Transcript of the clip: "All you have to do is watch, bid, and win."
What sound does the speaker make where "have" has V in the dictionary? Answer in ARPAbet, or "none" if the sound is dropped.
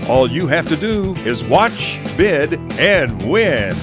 F